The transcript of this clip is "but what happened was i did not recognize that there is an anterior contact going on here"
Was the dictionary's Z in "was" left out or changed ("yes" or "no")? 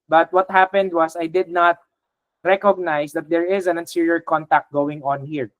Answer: yes